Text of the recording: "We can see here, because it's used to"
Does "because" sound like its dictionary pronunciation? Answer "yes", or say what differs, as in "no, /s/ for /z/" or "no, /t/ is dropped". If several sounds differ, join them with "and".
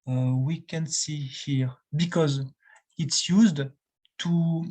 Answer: yes